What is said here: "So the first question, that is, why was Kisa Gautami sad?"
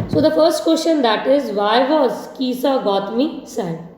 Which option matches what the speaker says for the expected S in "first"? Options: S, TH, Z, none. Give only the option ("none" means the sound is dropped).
S